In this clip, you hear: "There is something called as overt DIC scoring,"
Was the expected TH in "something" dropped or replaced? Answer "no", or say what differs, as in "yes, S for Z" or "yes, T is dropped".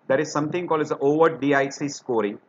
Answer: yes, T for TH